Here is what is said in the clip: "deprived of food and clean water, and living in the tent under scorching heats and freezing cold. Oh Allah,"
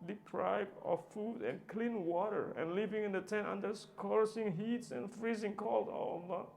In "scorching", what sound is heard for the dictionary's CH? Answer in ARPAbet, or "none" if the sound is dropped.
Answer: S